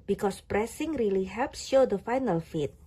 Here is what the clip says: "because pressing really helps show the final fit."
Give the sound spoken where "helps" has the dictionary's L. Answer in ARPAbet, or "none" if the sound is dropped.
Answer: L